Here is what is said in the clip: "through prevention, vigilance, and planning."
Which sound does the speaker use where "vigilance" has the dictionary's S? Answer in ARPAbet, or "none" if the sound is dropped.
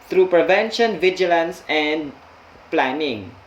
S